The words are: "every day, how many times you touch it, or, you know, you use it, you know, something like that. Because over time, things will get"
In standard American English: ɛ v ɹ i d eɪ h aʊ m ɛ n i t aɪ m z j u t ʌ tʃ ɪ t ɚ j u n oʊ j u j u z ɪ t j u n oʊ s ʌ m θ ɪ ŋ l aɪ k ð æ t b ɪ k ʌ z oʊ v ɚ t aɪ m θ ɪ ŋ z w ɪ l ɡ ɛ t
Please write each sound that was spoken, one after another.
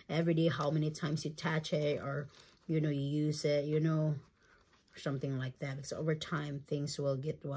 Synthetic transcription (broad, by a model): ɛ v ɹ i d eɪ h aʊ m ɛ n i t aɪ m z j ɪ t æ tʃ ɪ t ɚ j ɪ n oʊ j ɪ j u z ɪ t j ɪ n oʊ s ʌ m θ ɪ ŋ l aɪ k ð æ t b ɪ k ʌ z oʊ v ɚ t aɪ m θ ɪ ŋ z w ɪ l ɡ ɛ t